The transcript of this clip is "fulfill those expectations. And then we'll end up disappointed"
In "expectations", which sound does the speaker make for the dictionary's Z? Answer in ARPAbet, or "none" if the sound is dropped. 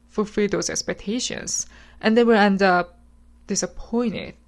S